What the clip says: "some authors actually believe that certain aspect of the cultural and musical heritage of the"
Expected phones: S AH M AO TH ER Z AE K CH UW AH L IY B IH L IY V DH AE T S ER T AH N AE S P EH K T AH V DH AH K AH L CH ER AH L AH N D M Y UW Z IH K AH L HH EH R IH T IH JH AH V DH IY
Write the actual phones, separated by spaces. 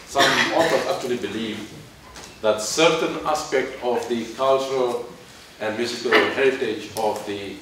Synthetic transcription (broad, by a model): S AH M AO F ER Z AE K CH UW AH L IY B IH L IY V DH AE T S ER T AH N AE S P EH K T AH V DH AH K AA L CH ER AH L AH N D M Y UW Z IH K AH L HH EH R IH T IH JH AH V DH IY